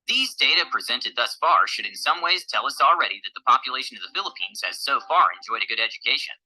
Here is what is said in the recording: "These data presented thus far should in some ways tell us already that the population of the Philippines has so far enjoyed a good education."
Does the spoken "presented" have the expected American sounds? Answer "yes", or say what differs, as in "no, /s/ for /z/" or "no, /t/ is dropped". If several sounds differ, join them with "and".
yes